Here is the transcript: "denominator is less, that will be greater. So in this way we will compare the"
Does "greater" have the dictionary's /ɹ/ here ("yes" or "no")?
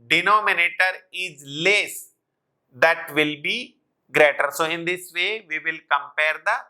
yes